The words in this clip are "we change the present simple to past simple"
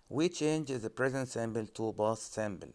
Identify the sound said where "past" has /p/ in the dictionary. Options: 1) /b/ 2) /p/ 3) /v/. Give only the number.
1